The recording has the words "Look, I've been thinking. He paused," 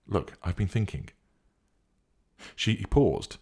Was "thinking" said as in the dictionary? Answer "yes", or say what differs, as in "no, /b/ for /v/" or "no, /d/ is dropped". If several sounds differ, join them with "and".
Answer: yes